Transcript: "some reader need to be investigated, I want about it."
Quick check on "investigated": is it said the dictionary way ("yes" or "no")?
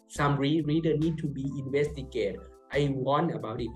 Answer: no